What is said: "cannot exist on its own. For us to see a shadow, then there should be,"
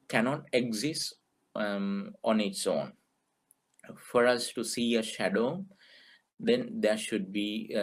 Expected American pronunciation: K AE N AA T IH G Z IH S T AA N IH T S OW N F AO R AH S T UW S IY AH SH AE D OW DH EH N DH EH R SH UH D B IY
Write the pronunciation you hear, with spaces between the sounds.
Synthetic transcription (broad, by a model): K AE N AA T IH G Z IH S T AA N IH T S OW N F AO R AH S T UW S IY AH SH AE D OW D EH N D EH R SH UH D B IY